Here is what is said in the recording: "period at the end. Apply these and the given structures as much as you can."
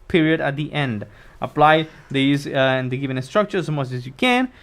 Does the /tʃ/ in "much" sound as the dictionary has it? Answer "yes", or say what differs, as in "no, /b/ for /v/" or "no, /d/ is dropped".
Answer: no, /s/ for /tʃ/